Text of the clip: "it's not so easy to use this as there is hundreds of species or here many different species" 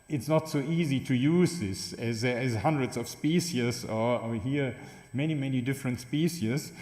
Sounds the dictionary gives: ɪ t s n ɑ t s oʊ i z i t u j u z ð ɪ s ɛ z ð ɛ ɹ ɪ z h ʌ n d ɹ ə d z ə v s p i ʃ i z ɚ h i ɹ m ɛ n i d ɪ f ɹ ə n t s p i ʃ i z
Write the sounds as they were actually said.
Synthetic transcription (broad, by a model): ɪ t s n ɑ t s oʊ i z i t u j u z ð ɪ s ɛ z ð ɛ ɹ ɪ z h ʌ n d ɹ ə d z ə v s p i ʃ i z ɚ h i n m ɛ n i d ɪ f ɹ ə n t s p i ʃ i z